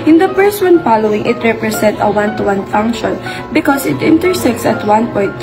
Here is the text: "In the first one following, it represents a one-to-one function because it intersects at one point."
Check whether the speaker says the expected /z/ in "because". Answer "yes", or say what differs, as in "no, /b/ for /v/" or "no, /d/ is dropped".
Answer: no, /s/ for /z/